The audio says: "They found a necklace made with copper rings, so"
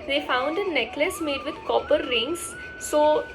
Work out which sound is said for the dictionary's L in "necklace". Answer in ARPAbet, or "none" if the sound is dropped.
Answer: L